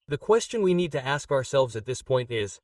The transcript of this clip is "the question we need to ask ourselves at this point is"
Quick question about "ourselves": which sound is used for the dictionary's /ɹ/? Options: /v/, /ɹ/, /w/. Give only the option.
/ɹ/